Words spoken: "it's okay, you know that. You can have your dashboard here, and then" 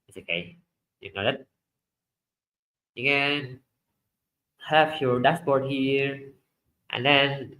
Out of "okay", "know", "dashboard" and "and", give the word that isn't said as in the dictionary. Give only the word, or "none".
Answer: dashboard